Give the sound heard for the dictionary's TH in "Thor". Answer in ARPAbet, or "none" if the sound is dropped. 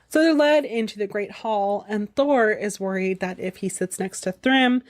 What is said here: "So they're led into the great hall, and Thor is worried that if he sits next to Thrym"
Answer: TH